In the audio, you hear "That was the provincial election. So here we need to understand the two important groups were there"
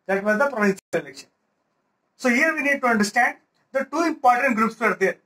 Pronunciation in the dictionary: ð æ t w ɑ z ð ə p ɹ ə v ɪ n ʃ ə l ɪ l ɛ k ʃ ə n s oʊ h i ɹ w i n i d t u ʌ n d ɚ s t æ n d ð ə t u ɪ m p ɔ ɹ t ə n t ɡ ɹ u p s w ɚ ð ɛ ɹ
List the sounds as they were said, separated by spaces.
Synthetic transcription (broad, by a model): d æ t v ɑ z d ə p ɹ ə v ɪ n s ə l ɪ l ɛ k ʃ ə n s oʊ h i ɹ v i n i d t u ʌ n d ɚ s t æ n d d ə t u ɪ m p ɔ ɹ t ə n t ɡ ɹ u p s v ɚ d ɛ ɹ